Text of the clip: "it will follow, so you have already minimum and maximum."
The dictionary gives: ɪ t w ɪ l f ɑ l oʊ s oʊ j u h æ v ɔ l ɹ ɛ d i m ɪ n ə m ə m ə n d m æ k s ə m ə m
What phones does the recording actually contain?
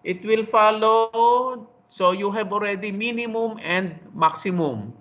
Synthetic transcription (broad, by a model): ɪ t w ɪ l f ɑ l oʊ s oʊ j u h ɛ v ɔ l ɹ ɛ d i m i n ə m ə m ə n d m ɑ k s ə m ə m